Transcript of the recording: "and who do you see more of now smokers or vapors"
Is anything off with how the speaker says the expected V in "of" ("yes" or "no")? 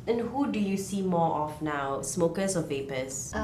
yes